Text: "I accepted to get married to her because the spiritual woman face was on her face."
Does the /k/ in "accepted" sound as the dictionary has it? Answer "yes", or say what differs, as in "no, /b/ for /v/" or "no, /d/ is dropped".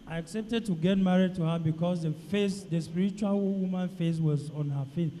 yes